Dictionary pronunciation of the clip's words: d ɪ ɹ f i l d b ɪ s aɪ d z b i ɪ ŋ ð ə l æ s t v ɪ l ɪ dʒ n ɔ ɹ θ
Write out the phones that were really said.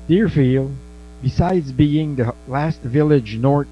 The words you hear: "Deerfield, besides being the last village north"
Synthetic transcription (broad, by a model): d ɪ ɹ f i l b ɪ s aɪ d z b i ɪ ŋ ð ə l æ s t v ɪ l ɪ dʒ n ɔ ɹ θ